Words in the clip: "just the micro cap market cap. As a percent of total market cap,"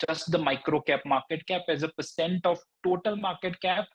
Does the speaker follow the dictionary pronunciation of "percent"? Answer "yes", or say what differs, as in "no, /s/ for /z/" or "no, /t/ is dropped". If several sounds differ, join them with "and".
yes